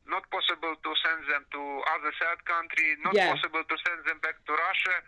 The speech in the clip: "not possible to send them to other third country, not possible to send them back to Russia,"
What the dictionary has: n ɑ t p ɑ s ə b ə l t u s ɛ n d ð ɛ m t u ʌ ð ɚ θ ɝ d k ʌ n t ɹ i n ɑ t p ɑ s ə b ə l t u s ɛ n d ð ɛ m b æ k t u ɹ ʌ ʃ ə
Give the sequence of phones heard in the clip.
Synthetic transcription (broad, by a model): n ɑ t p ɑ s ə b ə l t u s ɛ n d ð ɛ m t u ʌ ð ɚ s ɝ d k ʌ n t ɹ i n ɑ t p ɑ s ə b ə l t u s ɛ n d ð ɛ m b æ k t u ɹ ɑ ʃ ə